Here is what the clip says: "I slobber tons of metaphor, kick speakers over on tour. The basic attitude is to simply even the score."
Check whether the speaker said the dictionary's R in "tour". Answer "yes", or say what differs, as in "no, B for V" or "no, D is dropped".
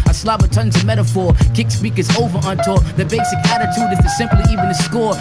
no, L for R